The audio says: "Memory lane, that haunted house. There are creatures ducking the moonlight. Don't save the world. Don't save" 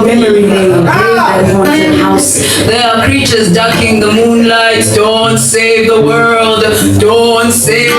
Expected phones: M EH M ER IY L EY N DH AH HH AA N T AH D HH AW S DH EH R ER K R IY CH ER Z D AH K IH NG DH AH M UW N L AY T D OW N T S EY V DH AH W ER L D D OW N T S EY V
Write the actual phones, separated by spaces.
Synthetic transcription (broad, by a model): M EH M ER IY N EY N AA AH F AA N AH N HH AW S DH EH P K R IY CH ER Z D AH K IH NG DH AH M UW N L AY T D OW N T S EY V DH AH W ER L D D OW N T S EY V